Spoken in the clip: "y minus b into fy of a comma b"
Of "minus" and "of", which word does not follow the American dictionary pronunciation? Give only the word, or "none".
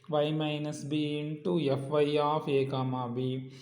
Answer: of